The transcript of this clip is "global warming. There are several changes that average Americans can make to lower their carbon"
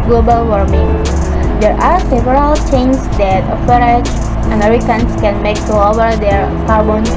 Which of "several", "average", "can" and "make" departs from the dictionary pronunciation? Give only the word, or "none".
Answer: average